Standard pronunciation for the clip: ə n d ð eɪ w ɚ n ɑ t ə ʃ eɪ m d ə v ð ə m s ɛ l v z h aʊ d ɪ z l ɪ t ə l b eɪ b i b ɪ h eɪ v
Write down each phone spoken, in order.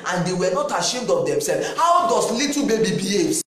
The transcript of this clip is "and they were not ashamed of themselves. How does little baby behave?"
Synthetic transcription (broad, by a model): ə n d eɪ w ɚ n ɑ t ə ʃ eɪ m d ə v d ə m s ɛ l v h aʊ d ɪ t l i t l b eɪ b i b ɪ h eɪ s